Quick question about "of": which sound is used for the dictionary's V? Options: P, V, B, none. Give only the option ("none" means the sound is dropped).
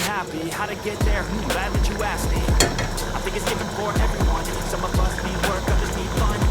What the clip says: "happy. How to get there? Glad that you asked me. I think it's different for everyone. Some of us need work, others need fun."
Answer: P